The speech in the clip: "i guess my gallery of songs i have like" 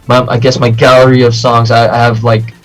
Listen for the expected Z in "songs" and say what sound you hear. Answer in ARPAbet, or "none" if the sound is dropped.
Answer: Z